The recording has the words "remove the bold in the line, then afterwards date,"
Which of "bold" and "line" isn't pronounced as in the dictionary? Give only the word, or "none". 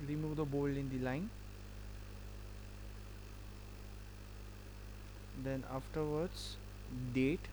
bold